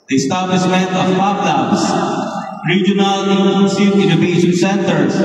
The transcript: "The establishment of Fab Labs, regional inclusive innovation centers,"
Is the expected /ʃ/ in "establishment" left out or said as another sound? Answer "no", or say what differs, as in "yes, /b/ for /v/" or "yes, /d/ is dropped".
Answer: yes, /s/ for /ʃ/